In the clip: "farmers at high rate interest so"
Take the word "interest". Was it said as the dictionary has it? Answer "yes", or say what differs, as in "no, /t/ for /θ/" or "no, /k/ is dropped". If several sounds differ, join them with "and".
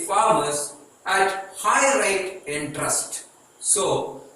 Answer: yes